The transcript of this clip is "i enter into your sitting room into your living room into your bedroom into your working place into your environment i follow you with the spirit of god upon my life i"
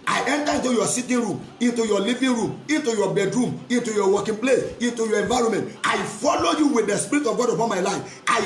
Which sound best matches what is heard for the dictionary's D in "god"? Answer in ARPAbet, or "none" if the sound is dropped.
D